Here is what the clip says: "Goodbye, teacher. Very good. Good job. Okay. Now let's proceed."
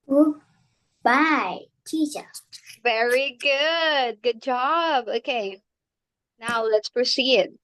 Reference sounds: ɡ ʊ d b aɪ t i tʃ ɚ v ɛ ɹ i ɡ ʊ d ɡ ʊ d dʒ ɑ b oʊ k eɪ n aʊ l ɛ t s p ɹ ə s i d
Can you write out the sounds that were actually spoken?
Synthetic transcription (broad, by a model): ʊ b aɪ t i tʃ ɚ v ɛ ɹ i ɡ ʊ d ɡ ʊ d dʒ ɑ b oʊ k eɪ n aʊ l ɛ t s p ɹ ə s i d